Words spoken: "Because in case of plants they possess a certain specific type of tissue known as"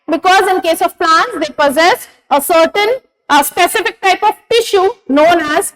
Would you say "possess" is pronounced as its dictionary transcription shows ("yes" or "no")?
yes